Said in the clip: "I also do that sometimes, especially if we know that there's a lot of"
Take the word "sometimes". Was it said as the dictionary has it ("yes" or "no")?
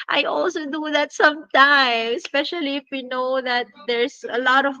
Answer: no